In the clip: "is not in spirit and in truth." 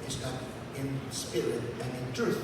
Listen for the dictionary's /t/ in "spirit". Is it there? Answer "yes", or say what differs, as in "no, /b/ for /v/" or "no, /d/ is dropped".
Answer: no, /t/ is dropped